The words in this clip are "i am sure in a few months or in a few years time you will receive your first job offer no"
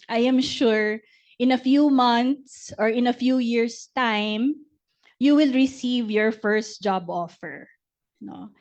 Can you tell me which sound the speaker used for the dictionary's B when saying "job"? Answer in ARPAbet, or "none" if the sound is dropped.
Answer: B